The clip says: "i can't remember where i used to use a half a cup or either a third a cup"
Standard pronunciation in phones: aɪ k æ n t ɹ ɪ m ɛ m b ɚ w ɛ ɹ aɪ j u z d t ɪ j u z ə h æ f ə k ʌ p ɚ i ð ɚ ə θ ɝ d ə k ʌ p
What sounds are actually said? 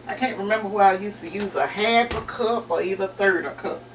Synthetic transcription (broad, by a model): aɪ k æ n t ɹ ɪ m ɛ m b ɚ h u aɪ j u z t ɪ j u z ə h æ f ə k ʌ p ɚ i ð ɚ θ ɝ d ə k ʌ p